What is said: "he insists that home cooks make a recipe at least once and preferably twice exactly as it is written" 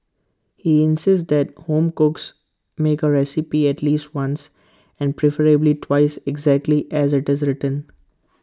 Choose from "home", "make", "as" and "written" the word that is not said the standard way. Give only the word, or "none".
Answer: none